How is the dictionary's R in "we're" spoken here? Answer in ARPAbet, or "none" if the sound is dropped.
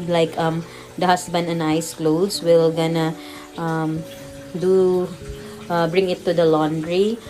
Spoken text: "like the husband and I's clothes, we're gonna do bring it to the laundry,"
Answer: L